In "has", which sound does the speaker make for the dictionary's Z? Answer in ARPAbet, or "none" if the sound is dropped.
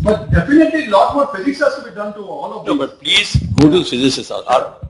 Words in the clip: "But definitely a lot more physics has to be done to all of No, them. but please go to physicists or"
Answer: S